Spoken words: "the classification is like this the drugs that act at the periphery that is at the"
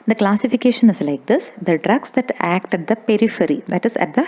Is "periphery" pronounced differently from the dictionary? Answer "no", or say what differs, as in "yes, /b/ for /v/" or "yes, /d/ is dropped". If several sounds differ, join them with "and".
no